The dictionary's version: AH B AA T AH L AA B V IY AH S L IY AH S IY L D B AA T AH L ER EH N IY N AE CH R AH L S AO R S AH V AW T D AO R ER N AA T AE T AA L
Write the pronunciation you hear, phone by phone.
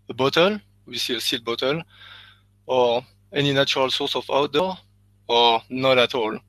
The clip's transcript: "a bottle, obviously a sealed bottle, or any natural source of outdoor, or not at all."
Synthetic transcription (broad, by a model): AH B AA T AH L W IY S IY AH S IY L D B AA T AH L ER EH N IY N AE CH R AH L S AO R S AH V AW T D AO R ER N AA T AE T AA L